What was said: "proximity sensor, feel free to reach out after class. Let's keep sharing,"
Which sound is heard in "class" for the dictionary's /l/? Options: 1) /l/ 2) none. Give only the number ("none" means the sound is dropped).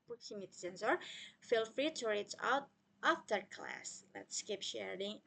1